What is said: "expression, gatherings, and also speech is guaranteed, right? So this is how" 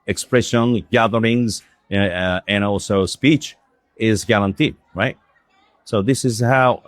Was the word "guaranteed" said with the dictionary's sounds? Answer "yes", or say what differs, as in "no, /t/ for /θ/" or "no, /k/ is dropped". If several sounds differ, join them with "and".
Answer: no, /l/ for /ɹ/